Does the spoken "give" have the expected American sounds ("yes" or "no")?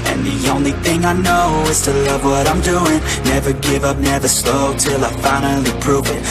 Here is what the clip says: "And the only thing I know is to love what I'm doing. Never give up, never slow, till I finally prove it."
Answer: yes